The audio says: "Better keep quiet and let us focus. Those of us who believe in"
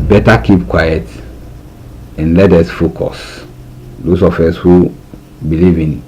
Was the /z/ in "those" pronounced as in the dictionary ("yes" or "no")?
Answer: no